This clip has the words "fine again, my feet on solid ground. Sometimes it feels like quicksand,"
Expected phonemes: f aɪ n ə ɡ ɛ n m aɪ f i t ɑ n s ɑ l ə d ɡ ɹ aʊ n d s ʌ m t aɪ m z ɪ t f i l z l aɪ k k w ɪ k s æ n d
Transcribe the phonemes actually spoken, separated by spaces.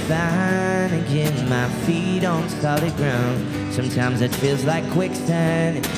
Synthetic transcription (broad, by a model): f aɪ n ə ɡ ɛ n m aɪ f i t n s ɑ l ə ɡ ɹ aʊ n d s ʌ m t aɪ m z ɪ t f i l z l aɪ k k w ɪ k s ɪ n